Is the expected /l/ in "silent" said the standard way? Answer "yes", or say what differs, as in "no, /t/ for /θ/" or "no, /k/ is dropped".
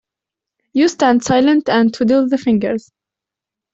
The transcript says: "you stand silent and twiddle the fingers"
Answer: yes